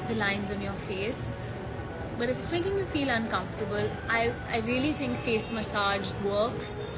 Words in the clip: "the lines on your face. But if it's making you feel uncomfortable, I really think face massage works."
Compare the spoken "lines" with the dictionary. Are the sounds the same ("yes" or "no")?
yes